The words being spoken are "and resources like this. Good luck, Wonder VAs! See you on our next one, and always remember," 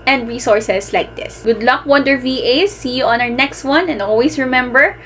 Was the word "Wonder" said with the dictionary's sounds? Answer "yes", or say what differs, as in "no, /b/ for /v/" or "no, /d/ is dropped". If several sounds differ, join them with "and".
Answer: yes